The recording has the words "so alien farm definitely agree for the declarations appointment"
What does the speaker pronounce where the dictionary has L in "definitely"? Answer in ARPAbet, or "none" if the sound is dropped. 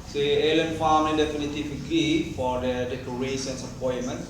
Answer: none